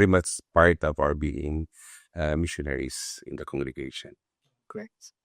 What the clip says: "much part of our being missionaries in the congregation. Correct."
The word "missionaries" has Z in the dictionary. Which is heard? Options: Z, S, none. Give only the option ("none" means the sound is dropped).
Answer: S